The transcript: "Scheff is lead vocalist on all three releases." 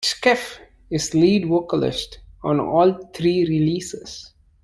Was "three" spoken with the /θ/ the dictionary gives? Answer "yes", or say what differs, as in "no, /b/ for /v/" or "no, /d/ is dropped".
no, /t/ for /θ/